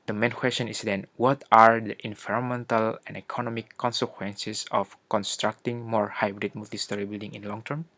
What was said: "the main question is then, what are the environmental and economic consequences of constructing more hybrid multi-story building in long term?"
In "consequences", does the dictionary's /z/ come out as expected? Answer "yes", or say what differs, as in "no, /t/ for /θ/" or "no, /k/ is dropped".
no, /s/ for /z/